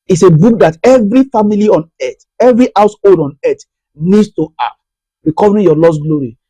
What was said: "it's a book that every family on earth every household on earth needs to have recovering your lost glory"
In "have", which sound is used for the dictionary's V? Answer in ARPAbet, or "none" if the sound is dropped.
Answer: P